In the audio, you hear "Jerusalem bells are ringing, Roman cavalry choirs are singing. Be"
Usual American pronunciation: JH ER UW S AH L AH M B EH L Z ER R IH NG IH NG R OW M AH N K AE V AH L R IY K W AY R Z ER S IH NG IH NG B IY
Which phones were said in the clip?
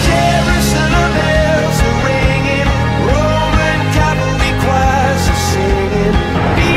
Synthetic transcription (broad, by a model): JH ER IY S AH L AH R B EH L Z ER R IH NG IH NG R OW M AH N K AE P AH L IY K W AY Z ER S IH NG IH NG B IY